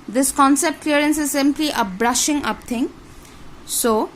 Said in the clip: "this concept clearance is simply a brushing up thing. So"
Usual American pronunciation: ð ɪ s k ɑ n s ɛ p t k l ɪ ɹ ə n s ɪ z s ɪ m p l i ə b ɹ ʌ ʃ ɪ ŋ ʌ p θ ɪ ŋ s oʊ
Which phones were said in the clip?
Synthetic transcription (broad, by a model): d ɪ s k ɑ n s ɛ p t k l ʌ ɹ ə n s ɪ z s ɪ m p l i ə b ɹ ʌ ʃ ɪ ŋ ʌ p t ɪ ŋ s oʊ